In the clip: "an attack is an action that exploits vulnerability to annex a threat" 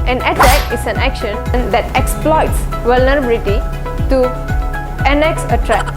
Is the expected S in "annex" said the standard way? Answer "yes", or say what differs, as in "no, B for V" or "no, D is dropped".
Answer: yes